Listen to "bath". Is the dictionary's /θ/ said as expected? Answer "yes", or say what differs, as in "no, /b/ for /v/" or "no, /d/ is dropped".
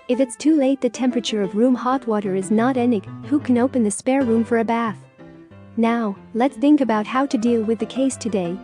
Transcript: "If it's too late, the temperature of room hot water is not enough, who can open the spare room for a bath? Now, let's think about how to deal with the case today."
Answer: yes